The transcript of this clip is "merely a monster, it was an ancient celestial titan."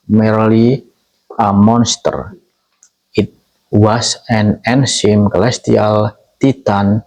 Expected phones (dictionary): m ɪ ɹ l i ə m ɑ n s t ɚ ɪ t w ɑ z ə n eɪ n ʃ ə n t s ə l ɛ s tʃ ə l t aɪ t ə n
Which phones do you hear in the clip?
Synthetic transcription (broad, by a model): m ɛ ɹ l i ə m ɑ n s t ɚ ɪ t w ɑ s ə n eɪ n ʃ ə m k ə l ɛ s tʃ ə l t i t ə n